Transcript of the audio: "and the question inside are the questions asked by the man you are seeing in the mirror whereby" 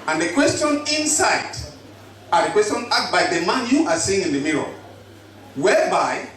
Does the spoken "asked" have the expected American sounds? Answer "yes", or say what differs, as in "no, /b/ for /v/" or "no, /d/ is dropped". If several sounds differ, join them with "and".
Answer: no, /s/ is dropped